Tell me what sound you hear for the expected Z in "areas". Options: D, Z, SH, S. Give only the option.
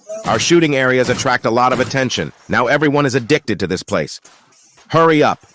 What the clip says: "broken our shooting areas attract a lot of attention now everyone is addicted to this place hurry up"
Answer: Z